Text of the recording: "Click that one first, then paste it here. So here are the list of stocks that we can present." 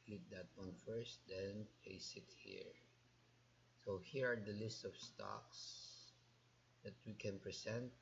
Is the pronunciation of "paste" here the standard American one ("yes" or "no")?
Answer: no